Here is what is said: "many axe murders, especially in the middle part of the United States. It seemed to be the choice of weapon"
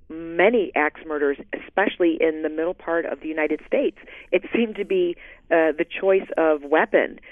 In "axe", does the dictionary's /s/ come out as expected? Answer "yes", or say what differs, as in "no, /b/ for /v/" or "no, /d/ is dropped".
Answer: yes